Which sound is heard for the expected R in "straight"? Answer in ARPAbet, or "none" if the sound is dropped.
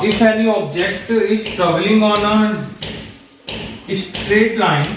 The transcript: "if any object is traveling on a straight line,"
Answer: R